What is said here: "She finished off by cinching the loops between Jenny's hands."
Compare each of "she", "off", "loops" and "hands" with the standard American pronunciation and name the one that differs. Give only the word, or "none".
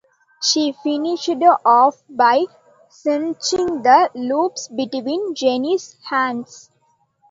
hands